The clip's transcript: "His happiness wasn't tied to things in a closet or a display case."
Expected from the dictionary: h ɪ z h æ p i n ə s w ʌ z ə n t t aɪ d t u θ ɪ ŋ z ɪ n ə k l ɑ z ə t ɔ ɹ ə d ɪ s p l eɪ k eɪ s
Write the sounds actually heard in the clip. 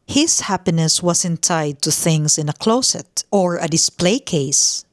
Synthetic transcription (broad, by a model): h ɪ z h æ p i n ə s w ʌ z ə n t t aɪ d t u θ ɪ ŋ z ɪ n ə k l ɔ s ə t ɔ ɹ ə d ɪ s p l eɪ k eɪ s